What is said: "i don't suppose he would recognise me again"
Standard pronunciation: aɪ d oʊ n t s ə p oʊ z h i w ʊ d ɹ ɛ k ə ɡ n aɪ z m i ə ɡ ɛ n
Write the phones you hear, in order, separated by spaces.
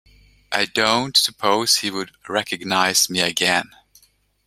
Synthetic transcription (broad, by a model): aɪ d oʊ n t s ə p oʊ z h i w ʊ d ɹ ɛ k ə ɡ n aɪ z m i ə ɡ ɛ n